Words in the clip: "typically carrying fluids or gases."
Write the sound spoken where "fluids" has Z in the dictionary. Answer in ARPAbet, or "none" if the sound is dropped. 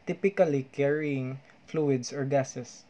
S